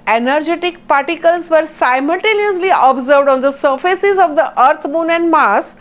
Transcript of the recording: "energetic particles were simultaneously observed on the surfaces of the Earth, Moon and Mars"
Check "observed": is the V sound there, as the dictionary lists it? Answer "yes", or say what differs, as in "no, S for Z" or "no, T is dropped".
yes